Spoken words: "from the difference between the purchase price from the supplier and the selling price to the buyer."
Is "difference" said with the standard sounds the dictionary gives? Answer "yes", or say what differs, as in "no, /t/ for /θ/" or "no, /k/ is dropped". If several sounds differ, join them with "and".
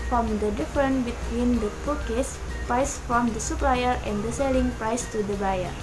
no, /s/ is dropped